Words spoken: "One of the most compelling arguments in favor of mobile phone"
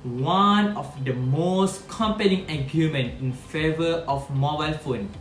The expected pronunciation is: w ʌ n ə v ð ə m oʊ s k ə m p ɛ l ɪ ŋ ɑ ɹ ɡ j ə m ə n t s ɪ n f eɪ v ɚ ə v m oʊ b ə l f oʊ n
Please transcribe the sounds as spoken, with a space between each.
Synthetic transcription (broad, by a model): w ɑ n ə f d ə m oʊ s k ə m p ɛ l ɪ ŋ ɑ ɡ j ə m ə n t ɪ n f eɪ v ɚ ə f m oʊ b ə l f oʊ n